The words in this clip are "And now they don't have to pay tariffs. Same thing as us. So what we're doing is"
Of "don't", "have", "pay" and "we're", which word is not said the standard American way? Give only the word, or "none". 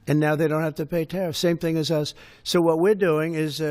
have